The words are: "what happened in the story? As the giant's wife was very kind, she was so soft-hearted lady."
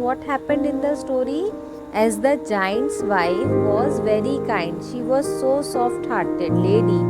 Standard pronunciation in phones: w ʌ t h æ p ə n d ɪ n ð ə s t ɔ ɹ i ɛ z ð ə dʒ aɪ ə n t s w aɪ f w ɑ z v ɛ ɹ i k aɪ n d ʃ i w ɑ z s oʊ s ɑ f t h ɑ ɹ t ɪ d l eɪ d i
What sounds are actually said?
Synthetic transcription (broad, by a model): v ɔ t h æ p ə n d ɪ n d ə s t ɔ ɹ i ɛ z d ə dʒ aɪ ə n t s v aɪ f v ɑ z v ɛ ɹ i k aɪ n d ʃ i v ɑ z s oʊ s ɑ f t h ɑ ɹ t ɪ d l eɪ d i